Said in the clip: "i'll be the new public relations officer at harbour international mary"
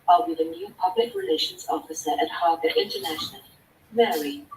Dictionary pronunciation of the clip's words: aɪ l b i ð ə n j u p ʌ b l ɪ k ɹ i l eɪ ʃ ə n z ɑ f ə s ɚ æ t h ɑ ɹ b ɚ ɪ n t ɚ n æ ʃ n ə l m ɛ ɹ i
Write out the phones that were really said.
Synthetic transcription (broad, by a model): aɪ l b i ð ə n j u p ʌ b l ɪ k ɹ i l eɪ ʃ ə n z ɑ f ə s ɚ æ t h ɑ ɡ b ɪ n t ɚ n æ ʃ n ə l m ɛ ɹ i